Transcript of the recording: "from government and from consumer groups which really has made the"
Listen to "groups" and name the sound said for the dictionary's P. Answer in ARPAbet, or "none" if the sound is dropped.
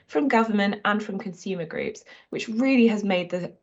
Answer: P